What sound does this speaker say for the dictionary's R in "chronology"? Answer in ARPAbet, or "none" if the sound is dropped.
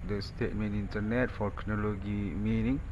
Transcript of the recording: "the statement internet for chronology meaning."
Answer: none